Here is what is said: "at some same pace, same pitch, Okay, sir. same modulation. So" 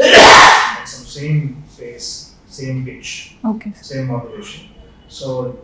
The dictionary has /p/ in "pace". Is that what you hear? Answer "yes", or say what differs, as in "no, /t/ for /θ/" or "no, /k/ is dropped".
no, /f/ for /p/